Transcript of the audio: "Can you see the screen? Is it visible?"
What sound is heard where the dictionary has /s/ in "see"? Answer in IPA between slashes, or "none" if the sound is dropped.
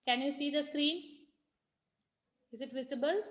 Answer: /s/